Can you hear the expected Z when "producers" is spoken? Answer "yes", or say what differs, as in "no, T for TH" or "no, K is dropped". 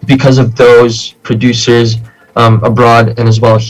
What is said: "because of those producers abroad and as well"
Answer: yes